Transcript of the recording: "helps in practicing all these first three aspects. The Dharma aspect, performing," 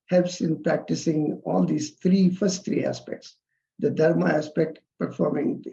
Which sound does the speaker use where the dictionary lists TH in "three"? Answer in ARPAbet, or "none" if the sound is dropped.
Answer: T